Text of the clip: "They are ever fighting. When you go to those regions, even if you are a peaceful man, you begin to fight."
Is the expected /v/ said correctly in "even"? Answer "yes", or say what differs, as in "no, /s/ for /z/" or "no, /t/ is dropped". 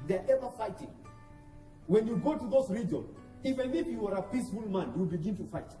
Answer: no, /f/ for /v/